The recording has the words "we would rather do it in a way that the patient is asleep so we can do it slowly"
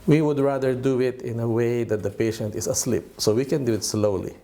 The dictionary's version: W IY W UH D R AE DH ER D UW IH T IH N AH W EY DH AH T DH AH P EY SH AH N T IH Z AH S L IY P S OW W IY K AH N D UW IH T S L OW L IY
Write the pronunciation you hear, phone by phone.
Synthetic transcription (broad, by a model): W IY W UH D R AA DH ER D UW IH T IH N AH W EY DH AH T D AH P EY SH AH N T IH S AH S L IY P S OW W IY K AH N D UW IH T S L OW L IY